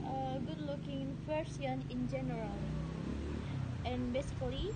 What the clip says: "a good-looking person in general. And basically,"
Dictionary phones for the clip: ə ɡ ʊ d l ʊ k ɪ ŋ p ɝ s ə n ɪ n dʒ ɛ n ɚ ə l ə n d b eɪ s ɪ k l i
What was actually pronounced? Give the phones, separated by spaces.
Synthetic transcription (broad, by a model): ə ɡ ʊ d l ʊ k ɪ ŋ f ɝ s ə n ɪ n dʒ ɛ n ɚ ə l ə n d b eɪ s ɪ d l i